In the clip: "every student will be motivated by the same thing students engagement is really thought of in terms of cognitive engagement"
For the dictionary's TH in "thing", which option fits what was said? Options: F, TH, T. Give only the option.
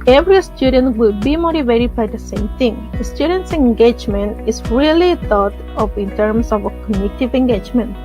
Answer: T